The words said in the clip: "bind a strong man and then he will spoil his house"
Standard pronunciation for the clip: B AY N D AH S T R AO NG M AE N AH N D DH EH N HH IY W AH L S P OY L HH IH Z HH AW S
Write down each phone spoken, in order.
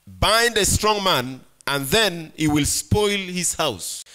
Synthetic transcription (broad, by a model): B AY N D AH S T R AO NG M AE N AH N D DH EH N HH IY W AH L S P OY L HH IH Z HH AW S